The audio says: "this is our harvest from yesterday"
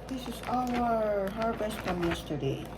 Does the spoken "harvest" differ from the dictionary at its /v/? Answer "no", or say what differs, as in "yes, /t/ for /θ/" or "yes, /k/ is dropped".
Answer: yes, /b/ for /v/